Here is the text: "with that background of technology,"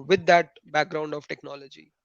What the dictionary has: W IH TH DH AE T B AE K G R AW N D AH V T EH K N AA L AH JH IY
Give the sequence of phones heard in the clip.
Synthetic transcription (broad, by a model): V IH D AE T B AE K G R AW N D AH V T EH K N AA L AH JH IY